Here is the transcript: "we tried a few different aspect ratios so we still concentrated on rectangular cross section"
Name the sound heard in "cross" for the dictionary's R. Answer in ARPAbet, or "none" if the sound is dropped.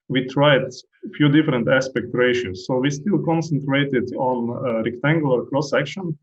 L